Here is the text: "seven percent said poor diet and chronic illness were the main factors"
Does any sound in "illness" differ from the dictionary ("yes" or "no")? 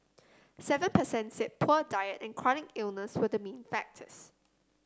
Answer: no